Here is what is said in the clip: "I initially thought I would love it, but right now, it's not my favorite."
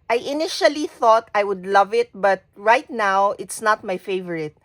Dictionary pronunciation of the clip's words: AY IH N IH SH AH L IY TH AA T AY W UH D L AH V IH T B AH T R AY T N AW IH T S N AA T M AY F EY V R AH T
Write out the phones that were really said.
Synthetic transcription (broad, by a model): AY IH N IH SH AH L IY TH AA T AY W UH D L AH V IH T B AH T R AY T N AW IH T S N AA T M AY F EY V R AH T